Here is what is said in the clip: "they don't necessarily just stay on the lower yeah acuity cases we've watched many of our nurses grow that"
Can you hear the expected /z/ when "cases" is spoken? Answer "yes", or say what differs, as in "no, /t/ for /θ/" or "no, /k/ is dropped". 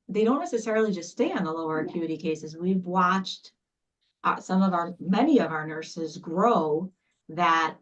yes